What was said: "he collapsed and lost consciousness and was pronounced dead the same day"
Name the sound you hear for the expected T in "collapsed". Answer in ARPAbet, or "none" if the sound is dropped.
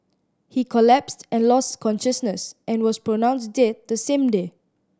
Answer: T